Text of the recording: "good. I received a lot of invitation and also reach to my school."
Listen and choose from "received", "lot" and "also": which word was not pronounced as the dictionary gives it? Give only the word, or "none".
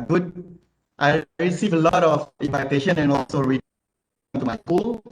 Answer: received